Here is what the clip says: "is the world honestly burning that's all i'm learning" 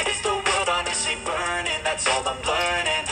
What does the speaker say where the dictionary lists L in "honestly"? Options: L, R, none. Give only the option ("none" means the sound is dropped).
none